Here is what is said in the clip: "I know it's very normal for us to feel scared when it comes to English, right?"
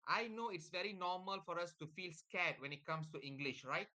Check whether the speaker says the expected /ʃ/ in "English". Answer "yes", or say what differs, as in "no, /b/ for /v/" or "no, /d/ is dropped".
yes